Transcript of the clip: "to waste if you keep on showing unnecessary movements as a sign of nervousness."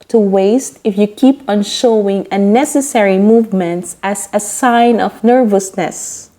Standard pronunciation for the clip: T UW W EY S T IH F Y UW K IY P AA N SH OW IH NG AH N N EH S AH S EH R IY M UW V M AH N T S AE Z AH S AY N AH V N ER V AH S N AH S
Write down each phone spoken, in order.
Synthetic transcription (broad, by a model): T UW W EY S T IH F Y UW K IY P AA N SH OW IH NG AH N N EH S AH S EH R IY M UW V M AH N T S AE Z AH S AY N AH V N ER V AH S N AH S